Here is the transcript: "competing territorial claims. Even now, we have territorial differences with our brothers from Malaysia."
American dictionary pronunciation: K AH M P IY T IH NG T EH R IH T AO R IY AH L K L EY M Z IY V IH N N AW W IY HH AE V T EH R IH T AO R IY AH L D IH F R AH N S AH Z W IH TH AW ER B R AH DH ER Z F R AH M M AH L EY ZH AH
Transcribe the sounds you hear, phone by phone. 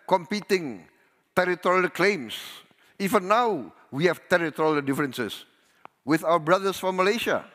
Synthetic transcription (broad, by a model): K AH M P IY T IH NG T EH R IH T AO R IY AH L K L EY M S IY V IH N N AW W IY HH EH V T EH R IH T AO R IY AH L D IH F R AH N S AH S W IH TH AW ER B R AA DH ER S F R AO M M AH L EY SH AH